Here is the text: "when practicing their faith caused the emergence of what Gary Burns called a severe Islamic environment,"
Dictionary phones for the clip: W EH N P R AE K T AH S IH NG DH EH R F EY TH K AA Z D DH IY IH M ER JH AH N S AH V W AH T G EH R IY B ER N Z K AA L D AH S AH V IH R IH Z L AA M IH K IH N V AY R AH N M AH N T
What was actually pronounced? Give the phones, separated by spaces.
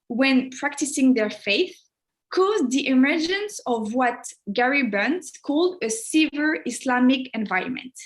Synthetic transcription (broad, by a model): W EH N P R AE K T AH S IH NG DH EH R F EY TH K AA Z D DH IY IH M ER JH AH N S AH V W AH T G EH R IY B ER N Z K AA L D AH S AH V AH R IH S L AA M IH K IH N V AY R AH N M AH N T